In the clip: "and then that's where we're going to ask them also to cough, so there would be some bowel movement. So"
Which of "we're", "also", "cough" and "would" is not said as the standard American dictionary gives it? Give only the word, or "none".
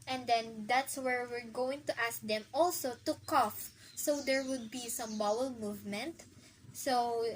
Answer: none